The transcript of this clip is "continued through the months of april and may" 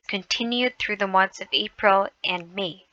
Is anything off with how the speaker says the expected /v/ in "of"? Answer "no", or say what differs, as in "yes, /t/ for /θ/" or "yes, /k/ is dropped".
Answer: no